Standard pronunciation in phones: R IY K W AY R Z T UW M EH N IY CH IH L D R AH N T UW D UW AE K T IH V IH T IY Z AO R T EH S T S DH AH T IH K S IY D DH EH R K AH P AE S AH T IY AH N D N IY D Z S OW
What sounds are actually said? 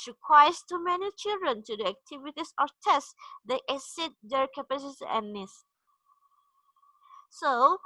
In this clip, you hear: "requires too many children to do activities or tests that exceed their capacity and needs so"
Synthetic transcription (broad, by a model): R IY K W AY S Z T UW M EH N IY CH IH L D R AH N T UW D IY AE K T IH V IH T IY S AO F T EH S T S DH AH T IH S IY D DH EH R K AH P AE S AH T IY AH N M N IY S S OW